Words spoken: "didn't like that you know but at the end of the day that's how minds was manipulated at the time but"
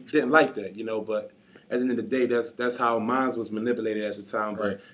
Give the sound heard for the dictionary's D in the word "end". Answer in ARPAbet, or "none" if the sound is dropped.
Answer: none